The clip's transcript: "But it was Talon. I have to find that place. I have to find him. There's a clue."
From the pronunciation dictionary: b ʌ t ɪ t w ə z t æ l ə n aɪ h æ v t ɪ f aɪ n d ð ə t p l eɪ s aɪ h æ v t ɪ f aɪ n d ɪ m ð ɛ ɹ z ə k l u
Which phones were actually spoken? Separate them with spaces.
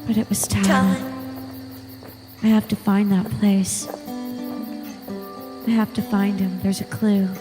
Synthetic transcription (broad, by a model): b ʌ t ɪ t w ə z t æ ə aɪ h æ f t ɪ f aɪ n ð ə t p l eɪ s aɪ h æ f t ɪ f aɪ n d ɪ m ð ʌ ɹ z ə k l u